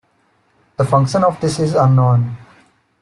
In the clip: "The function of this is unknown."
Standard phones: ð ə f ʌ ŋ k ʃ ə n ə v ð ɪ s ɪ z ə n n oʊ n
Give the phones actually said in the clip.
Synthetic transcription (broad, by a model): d ə f ʌ ŋ k ʃ ə n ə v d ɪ s ɪ z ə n n oʊ n